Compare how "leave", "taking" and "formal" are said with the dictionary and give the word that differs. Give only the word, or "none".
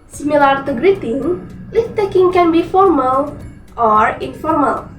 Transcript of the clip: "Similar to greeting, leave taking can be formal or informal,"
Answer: leave